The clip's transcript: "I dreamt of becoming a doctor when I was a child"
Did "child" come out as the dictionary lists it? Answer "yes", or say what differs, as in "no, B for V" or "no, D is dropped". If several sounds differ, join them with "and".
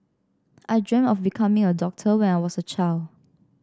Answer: yes